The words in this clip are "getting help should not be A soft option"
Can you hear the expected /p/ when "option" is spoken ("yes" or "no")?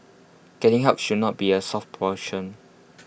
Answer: no